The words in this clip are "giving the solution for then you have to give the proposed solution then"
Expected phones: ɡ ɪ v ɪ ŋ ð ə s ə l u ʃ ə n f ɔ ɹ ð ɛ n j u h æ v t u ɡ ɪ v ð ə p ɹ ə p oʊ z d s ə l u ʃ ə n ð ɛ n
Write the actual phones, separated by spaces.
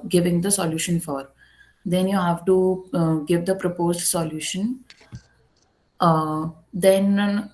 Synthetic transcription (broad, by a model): ɡ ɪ v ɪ ŋ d ə s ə l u ʃ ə n f ɔ ɹ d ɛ n j u h æ v t u ɡ ɪ v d ə p ɹ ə p oʊ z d s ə l u ʃ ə n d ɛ n